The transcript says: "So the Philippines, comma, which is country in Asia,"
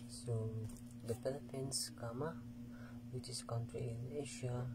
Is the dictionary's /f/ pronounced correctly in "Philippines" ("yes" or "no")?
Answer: no